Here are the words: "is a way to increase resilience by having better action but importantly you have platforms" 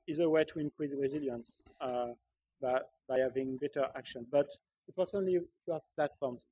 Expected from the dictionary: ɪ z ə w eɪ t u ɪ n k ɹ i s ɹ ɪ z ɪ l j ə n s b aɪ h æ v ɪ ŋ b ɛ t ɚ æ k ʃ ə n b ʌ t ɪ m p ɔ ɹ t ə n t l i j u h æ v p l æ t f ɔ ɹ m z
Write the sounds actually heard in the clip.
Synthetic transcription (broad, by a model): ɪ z ə w eɪ t u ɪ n k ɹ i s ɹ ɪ z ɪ l j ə n s b aɪ h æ v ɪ ŋ b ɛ t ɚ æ k ʃ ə n b ʌ t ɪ p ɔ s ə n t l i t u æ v p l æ t f ɔ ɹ m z